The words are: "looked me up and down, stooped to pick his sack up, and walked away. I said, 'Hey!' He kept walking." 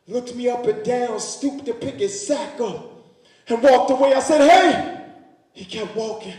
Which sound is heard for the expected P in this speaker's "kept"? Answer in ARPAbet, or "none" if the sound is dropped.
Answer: P